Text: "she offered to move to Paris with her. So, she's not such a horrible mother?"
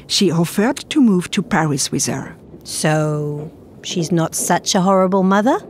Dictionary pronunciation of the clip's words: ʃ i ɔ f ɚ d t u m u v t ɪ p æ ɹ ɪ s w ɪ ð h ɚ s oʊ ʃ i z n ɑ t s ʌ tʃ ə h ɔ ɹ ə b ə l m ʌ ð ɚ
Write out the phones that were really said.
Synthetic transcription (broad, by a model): ʃ i ɔ f ɚ d t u m u v t ɪ p æ ɹ ɪ s w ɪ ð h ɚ s oʊ ʃ i z n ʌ t s ʌ tʃ ə h ɔ ɹ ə b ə l m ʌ ð ɚ